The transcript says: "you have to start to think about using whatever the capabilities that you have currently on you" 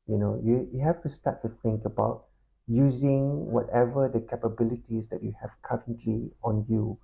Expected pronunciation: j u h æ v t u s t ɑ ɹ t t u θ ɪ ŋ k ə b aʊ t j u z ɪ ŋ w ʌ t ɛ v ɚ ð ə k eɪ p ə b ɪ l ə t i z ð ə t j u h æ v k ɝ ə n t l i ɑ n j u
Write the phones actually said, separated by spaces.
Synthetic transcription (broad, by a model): j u h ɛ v t u s t ɑ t t u θ ɪ ŋ k ə b aʊ t j u z ɪ ŋ w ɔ t ɛ v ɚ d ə k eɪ p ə b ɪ l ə t i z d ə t j u h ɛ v k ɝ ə n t l i ɑ n j u